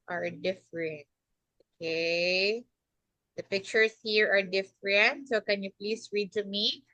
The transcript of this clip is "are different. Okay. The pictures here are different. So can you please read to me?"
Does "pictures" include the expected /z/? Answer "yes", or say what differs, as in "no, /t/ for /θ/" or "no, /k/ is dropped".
no, /s/ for /z/